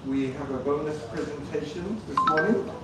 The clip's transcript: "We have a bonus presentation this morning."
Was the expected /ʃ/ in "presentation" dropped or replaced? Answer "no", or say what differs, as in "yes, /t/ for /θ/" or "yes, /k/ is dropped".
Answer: no